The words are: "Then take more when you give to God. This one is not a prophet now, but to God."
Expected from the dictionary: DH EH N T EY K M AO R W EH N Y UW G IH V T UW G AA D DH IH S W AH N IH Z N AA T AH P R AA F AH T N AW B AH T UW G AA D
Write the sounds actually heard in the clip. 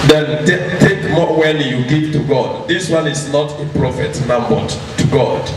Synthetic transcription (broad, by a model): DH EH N T EY K M AO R W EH L Y UW G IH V T UW G AA D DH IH S W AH N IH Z N AA T AH P R AA F AH T N AW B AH T UW G AA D